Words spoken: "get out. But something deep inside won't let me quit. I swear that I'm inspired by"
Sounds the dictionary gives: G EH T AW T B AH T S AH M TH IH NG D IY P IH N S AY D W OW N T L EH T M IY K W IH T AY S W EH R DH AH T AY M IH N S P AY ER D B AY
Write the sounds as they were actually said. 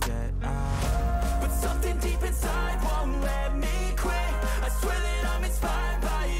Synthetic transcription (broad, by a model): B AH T S AH M TH IH NG D IY P IH N S AY D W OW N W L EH M IY K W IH AY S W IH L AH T AY M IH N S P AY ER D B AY